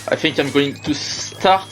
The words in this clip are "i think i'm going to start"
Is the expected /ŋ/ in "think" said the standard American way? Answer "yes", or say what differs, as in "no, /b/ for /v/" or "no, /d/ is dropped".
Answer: yes